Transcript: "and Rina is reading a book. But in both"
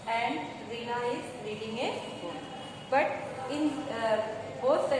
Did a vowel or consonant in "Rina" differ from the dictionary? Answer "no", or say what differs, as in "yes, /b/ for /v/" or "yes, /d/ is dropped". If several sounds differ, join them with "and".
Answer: yes, /l/ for /n/